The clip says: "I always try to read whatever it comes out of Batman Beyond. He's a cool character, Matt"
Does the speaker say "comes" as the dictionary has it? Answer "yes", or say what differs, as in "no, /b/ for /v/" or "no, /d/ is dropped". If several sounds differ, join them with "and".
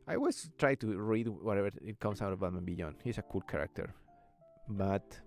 no, /s/ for /z/